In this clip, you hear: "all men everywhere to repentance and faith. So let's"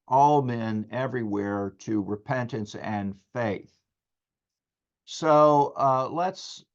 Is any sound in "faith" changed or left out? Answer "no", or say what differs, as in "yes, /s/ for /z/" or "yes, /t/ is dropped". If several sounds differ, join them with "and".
no